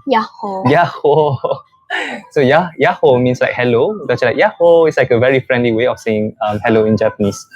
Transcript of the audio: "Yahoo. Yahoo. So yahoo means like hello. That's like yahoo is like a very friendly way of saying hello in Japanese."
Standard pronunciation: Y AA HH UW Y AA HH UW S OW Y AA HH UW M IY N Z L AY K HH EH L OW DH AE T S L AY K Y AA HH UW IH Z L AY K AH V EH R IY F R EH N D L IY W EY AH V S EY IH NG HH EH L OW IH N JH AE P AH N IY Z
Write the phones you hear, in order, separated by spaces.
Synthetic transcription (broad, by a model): Y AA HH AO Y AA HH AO S OW Y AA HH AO M IY N S L AY K HH EH L OW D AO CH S L AY K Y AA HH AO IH S L AY K AH V EH R IY F R EH N D L IY W EY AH F S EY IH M HH EH L OW IH N JH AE P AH N IY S